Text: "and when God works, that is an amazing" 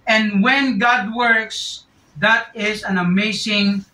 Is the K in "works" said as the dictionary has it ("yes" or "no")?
yes